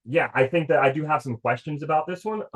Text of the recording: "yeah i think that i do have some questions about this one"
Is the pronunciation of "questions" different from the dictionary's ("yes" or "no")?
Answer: no